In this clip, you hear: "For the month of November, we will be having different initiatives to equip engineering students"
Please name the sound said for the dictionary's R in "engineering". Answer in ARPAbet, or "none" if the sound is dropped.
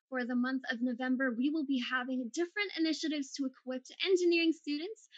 R